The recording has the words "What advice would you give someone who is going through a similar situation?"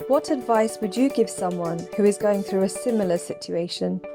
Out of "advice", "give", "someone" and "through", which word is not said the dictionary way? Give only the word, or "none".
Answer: none